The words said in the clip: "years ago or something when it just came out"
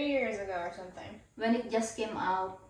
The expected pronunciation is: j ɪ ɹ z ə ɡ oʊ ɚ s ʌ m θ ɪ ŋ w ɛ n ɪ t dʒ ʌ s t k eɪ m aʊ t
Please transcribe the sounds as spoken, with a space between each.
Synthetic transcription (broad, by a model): j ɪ ɹ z ə ɡ oʊ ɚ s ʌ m t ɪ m w ɛ n ɪ t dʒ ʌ s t k eɪ m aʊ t